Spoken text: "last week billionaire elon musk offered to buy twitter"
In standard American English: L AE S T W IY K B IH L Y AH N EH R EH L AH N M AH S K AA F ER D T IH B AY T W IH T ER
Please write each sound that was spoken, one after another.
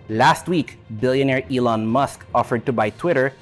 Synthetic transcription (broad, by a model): L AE S T W IY K B IH L Y AH N EH R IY L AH N M AH S K AA F ER D T IH B AY T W IH T ER